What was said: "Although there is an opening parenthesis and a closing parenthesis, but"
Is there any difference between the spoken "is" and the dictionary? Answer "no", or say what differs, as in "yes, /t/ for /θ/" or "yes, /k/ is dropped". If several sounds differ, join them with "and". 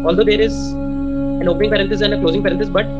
no